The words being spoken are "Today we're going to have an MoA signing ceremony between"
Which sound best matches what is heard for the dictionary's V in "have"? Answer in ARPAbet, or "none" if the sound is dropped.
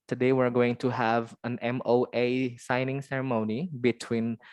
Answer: V